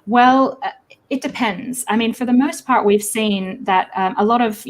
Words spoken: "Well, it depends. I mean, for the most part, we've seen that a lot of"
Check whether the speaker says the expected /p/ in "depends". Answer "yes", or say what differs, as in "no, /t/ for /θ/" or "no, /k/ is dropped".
yes